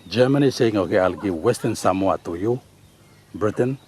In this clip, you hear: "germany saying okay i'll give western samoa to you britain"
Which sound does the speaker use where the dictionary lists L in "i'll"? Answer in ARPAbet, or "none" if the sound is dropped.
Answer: L